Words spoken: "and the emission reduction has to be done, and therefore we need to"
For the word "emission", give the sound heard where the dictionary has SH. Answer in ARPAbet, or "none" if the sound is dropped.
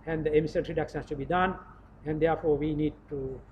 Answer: S